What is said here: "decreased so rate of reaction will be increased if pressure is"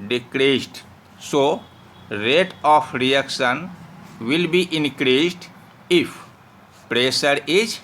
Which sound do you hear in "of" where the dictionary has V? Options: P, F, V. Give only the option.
P